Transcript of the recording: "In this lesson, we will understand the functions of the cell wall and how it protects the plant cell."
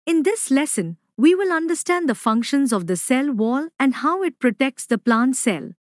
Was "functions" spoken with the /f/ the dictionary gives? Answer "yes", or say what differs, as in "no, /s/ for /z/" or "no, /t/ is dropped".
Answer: yes